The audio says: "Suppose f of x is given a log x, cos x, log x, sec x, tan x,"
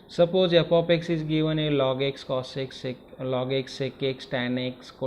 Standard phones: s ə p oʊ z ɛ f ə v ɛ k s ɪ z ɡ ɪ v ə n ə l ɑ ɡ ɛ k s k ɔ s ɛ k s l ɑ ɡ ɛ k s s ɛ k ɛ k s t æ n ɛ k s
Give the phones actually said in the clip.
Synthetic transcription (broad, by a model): s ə p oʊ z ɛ p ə p ɛ k s ɪ z ɡ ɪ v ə n ə l ɑ ɡ ɛ k s k ɔ s ɛ k s l ɑ ɡ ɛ k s s ɛ k ɛ k s t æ n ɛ k s